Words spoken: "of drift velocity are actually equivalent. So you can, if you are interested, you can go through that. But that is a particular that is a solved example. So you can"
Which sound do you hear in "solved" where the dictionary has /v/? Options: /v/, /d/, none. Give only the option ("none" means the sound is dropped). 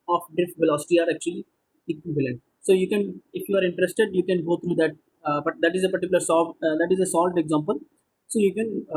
none